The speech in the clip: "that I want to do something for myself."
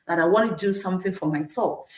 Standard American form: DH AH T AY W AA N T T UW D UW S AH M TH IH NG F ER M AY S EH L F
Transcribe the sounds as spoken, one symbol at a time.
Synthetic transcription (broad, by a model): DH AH T AY W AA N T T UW D UW S AH M TH IH NG F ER M AY S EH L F